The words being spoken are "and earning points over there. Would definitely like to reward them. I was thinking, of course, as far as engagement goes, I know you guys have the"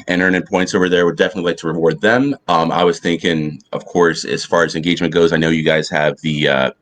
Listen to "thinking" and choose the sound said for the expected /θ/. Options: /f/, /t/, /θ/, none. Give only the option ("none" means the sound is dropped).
/θ/